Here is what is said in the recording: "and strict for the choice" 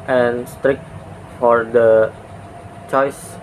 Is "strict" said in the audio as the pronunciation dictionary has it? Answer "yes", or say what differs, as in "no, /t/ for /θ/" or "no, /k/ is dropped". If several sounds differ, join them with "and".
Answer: yes